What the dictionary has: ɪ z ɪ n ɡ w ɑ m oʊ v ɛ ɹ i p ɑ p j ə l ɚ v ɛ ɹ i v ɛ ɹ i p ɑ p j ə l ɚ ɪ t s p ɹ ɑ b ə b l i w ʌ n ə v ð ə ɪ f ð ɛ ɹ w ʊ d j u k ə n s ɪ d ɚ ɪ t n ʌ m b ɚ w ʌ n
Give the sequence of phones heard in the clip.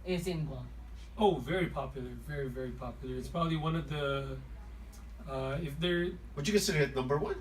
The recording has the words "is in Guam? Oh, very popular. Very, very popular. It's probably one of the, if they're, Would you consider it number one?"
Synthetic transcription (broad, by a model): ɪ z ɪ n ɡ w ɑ oʊ v ɛ ɹ i p ɑ p j l ɚ v ɛ ɹ i v ɛ ɹ i p ɑ p j l ɚ ɪ t s p ɹ ɑ b ə b l i w ʌ n ə v ð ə ɪ f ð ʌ ɹ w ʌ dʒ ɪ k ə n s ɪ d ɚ ɪ t n ʌ m b ɚ w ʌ n